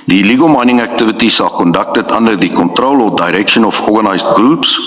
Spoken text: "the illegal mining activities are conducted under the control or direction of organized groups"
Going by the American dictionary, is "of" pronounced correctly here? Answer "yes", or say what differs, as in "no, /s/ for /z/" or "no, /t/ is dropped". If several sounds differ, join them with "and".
no, /f/ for /v/